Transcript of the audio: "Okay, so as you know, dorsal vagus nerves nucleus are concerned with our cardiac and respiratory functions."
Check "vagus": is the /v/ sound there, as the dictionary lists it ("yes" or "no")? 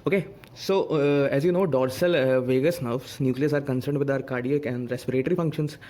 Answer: yes